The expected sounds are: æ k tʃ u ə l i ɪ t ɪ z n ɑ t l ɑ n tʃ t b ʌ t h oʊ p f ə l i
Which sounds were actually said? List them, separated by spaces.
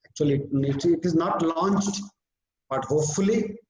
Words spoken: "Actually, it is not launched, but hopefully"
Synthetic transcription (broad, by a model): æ k tʃ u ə l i ɪ t ɪ z n ɑ t l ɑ n tʃ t b ʌ t h oʊ p f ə l i